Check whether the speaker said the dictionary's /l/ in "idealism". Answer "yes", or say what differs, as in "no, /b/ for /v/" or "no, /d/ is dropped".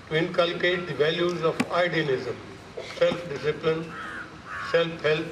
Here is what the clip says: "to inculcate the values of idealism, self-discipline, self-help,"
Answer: no, /n/ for /l/